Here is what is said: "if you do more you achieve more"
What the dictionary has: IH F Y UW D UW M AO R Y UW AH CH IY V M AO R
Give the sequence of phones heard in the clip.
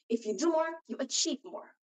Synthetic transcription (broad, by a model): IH F Y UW D UW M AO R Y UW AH CH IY P M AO R